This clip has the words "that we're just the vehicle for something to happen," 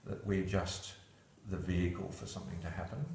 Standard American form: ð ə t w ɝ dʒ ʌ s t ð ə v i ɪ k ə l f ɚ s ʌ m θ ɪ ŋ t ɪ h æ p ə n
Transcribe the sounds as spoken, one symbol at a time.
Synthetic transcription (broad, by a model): ð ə t w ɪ dʒ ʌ s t ð ə v i ɪ k ə l f ɚ s ʌ m θ ɪ ŋ t ɪ h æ p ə n